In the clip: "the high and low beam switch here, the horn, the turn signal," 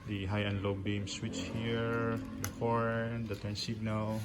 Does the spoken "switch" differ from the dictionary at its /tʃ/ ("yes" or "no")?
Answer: no